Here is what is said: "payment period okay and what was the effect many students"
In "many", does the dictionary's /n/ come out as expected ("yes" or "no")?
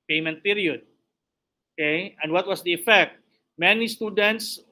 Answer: yes